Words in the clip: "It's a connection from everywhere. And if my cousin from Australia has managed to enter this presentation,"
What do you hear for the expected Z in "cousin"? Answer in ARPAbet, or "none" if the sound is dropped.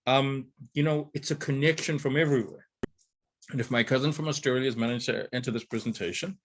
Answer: Z